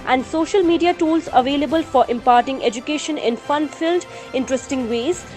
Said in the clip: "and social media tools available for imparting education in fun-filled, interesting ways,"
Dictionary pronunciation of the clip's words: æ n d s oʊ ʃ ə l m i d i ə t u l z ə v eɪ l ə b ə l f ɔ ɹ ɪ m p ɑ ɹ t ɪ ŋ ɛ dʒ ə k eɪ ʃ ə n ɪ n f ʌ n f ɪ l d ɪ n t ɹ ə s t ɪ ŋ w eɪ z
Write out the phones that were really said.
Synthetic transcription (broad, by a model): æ n d s oʊ ʃ ə l m i d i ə t u l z ə v eɪ l ə b ə l f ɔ ɹ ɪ m p ɑ ɹ t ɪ ŋ ɛ dʒ ə k eɪ ʃ ə n ɪ n f ʌ n f ɪ l d ɪ n t ɹ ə s t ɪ ŋ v eɪ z